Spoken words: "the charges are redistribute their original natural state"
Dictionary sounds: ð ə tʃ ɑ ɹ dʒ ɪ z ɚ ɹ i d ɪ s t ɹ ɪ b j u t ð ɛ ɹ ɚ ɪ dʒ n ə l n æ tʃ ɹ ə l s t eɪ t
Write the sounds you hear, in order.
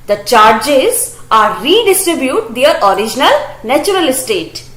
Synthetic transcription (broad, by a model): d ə tʃ ɑ ɹ dʒ ɪ z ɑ ɹ i d ɪ s t ɹ ɪ b j u t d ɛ ɹ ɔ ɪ dʒ n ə l n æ tʃ ɹ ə l s t eɪ t